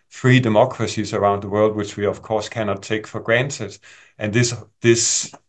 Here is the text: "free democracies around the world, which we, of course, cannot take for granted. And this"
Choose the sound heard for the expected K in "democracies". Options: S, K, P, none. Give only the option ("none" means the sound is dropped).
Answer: K